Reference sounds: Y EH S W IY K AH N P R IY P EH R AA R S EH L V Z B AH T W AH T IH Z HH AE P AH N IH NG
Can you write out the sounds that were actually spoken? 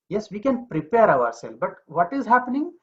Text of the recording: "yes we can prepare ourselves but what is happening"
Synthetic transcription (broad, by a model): Y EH S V IY K AH N P R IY P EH R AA R S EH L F B AH T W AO T IH Z HH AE P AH N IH NG